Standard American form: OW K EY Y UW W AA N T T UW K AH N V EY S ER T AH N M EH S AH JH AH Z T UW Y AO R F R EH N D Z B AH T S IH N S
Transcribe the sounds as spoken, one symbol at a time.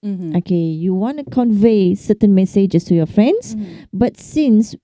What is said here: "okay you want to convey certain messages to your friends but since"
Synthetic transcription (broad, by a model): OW K EY Y UW W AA N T T UW K AH N V EY S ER T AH N M EH S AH JH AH S T UW Y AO F R EH N D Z B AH T S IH N S